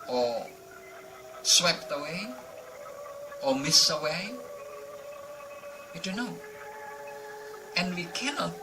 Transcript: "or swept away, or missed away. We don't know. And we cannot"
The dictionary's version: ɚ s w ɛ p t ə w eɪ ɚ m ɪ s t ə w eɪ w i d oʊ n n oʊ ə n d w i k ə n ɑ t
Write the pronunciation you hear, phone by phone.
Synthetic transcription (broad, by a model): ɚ s w ɛ p t ə w eɪ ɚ m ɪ s ə w eɪ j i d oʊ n n oʊ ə n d w i k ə n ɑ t